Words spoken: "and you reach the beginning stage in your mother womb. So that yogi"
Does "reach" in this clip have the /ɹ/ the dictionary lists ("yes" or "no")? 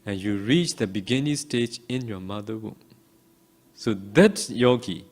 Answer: yes